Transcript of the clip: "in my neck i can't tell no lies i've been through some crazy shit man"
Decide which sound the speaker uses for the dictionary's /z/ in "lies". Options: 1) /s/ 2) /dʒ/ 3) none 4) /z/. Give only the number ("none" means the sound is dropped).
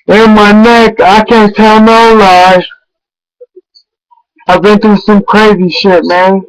3